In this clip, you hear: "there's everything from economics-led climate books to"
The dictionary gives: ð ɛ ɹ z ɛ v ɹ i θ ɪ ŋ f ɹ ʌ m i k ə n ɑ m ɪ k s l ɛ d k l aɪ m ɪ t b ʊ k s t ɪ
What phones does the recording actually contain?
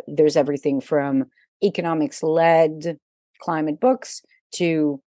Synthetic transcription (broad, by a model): ð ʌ ɹ z ɛ v ɹ i θ ɪ ŋ f ɹ ʌ m i k ə n ɑ m ɪ k s l ɛ d k l aɪ m ɪ t b ʊ k s t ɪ